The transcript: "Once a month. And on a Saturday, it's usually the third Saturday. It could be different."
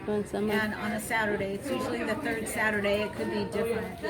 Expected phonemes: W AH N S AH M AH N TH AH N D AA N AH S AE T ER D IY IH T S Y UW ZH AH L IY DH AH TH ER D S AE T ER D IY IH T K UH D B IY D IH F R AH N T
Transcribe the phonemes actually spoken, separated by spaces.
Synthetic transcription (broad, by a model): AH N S AH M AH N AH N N AH S AE T ER D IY IH T S Y UW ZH L IY DH AH TH ER D S AE T ER D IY IH T K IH D B IY D IH F R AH N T